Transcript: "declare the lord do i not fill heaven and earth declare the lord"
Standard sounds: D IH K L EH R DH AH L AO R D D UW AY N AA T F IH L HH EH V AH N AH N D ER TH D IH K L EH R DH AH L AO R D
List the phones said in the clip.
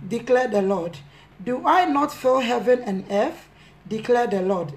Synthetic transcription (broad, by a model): D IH K L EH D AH L AO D D UW AY N AA T F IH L HH EH V AH N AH N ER F D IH K L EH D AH L AO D